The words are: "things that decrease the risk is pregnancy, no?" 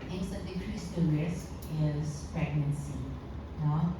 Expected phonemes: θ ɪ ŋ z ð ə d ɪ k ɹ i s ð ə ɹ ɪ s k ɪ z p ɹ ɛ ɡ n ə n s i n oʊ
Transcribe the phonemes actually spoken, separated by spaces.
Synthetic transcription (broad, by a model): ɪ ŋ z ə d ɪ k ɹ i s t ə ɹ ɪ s ɪ z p ɹ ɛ ɡ n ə n s i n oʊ